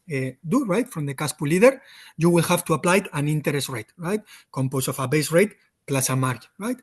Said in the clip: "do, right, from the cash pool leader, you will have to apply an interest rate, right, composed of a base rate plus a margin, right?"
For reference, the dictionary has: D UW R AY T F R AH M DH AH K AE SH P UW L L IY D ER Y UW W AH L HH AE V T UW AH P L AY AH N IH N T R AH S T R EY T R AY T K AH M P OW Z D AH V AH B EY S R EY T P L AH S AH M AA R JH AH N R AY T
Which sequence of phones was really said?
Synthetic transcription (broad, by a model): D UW R AY T F R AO M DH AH K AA S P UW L L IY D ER Y UW W AH L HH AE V T UW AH P L AY AH N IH N T R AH S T R EY T R AY T K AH M P OW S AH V AH B EY S R EY T P L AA S AH M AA R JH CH R AY T